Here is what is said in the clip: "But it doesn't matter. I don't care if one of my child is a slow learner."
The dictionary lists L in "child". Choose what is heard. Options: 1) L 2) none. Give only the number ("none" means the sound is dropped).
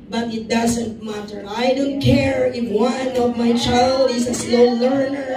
1